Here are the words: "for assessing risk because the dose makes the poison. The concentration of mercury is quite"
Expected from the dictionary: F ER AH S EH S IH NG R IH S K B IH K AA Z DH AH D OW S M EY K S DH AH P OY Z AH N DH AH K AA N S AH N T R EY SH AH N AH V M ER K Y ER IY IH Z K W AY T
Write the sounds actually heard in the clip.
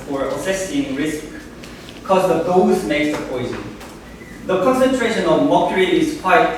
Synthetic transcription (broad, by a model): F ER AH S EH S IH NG R IH S K K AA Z DH AH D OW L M EY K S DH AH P OY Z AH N DH AH K AA N S AH N T R EY SH AH N AH V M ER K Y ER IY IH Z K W AY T